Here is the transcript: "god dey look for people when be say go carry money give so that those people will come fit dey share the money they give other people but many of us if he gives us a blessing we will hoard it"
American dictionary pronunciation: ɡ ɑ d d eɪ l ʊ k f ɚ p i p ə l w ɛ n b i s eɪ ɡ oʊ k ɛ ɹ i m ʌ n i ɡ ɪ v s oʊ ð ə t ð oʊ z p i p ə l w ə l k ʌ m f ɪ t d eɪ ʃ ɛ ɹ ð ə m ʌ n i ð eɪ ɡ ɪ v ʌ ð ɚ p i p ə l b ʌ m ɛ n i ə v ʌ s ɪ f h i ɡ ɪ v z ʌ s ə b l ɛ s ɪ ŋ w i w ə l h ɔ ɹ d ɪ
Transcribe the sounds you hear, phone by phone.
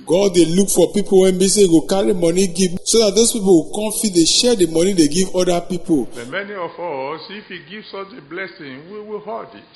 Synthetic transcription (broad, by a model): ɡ ɑ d d eɪ l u k f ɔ p i p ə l w ɛ n b i s eɪ ɡ oʊ k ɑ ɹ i m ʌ n i ɡ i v s oʊ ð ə t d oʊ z p i p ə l w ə k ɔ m f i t d eɪ ʃ ɛ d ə m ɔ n i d eɪ ɡ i v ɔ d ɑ p i p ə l m ɛ n i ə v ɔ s ɪ f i ɡ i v s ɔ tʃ ə b l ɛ s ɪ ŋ w i w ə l h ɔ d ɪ